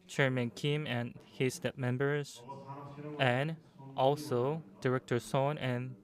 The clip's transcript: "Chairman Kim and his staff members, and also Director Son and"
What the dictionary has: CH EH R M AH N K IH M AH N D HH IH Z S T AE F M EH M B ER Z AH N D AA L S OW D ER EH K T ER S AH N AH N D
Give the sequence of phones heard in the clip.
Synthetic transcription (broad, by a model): CH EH R M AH N K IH M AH N HH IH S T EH P M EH M B ER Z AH N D AA L S OW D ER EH K T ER S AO N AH N